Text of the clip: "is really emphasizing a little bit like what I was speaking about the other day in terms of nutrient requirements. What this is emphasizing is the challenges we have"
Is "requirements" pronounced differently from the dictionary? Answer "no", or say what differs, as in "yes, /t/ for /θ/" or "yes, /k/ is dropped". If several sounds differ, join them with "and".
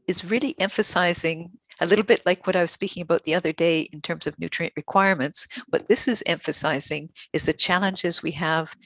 no